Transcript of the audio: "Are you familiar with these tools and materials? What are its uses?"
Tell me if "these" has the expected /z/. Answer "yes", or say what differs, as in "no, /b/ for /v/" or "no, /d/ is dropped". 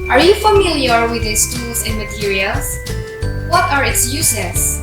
no, /s/ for /z/